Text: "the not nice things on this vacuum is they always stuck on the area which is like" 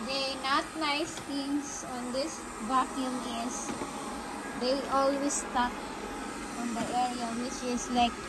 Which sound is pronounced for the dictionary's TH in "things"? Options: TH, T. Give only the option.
T